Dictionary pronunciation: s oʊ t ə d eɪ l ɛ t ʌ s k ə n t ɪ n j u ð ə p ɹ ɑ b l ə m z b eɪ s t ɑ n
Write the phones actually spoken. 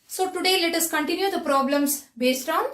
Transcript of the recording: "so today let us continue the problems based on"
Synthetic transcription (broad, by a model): s oʊ t ə d eɪ l ɛ t ʌ s k ə n t ɪ n j u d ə p ɹ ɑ b l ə m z b eɪ s t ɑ n